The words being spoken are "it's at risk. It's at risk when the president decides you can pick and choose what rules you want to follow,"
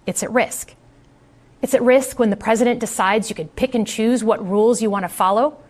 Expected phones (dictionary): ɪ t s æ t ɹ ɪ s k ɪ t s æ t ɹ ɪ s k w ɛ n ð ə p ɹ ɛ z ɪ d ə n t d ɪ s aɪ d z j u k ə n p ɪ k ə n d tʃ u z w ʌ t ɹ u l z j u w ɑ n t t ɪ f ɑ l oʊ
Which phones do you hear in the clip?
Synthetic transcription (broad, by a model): ɪ t s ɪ t ɹ ɪ s k ɪ t s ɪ t ɹ ɪ s k w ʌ n ð ə p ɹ ɛ z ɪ d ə n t d ɪ s aɪ d z j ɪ k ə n p ɪ k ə n tʃ u z w ʌ t ɹ u l z j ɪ w ɑ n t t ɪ f ɑ l oʊ